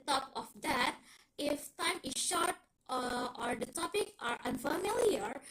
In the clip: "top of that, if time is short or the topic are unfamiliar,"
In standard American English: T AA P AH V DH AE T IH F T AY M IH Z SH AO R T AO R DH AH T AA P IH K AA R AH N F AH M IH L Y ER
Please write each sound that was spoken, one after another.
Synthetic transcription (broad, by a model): T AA P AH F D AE T IH F T AY M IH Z SH AO R T AO R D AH T AA P IH K AA R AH N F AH M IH L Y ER